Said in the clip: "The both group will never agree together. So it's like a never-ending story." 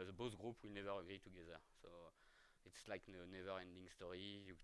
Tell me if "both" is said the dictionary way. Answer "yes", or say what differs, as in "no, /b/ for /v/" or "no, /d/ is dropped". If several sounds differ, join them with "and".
no, /s/ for /θ/